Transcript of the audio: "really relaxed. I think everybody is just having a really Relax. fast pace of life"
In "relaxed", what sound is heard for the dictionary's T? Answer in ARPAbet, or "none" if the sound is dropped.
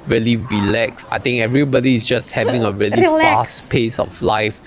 none